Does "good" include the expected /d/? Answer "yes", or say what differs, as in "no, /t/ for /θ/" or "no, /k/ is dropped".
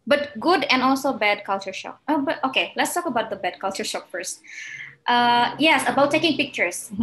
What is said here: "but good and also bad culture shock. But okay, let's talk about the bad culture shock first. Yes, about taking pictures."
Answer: yes